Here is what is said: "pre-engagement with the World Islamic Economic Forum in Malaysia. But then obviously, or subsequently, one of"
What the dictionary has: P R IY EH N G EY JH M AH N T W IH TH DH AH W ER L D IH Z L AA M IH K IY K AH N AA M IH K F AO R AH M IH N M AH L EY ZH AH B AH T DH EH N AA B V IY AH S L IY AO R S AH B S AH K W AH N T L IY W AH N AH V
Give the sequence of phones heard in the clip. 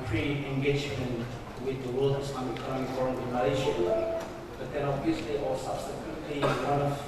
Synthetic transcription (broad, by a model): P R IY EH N G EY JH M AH N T W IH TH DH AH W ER L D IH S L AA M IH IY K AH N AA M IH K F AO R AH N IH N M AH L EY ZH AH B AH T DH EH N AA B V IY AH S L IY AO L S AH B S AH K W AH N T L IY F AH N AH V